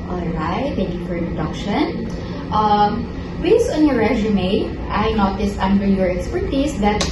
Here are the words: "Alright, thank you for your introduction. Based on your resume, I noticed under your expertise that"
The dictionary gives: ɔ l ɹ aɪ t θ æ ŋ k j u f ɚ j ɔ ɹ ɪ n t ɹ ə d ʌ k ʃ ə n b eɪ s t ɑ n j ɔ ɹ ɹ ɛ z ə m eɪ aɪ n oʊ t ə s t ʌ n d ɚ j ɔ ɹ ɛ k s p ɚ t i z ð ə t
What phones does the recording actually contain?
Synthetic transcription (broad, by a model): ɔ l ɹ aɪ t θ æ ŋ k j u f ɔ ɹ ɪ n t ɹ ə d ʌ k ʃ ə n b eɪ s ɑ n j ɔ ɹ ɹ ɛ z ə m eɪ aɪ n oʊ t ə s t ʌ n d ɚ j ɔ ɹ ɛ k s p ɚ t i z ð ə t